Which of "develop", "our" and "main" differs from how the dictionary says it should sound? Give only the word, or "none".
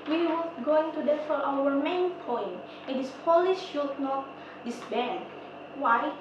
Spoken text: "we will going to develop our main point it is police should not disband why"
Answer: develop